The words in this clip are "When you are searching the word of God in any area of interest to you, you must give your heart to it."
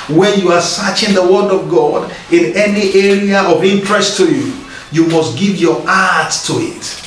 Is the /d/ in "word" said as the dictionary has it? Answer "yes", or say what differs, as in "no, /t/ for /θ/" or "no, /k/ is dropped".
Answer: yes